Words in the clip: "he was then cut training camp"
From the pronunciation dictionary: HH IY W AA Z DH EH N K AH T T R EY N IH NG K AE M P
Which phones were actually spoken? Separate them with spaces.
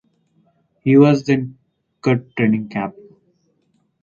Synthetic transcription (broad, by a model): HH IY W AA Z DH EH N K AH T T R EY N IH NG K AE P